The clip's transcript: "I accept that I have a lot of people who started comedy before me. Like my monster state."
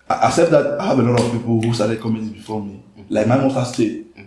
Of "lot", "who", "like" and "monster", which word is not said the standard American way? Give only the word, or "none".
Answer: monster